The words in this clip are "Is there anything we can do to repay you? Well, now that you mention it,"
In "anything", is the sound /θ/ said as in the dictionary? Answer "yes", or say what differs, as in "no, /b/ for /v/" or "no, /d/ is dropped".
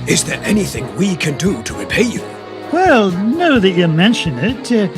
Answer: yes